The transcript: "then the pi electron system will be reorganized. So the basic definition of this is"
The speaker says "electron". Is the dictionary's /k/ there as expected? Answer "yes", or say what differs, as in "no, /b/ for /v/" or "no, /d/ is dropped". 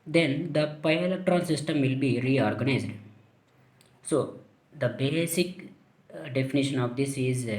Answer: no, /k/ is dropped